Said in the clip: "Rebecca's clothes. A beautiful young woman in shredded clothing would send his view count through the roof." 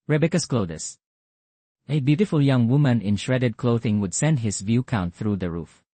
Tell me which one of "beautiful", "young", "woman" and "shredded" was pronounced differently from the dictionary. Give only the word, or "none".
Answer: none